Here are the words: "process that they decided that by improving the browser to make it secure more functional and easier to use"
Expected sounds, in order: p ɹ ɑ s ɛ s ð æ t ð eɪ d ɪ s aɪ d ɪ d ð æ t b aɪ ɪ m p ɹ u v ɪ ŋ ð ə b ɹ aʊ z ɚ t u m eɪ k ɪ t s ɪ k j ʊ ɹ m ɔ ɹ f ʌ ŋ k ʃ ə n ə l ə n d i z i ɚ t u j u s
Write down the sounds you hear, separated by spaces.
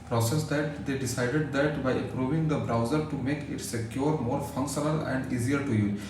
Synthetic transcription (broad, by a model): p ɹ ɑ s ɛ s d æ t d eɪ d ɪ s aɪ d ɪ d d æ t b aɪ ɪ p ɹ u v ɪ ŋ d ə b ɹ aʊ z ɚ t u m eɪ k ɪ t s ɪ k j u ɹ m ɔ ɹ f ʌ ŋ k ʃ ə n ə l ə n d i z i ɚ t u j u